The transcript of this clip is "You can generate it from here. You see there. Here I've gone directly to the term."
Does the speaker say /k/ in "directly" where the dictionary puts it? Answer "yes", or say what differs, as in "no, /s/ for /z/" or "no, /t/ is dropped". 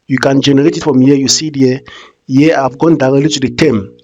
no, /k/ is dropped